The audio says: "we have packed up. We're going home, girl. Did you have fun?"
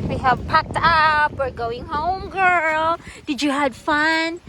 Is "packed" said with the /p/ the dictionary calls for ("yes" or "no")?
yes